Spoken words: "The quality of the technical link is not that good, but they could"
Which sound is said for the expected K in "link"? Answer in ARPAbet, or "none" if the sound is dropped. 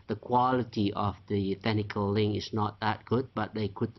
none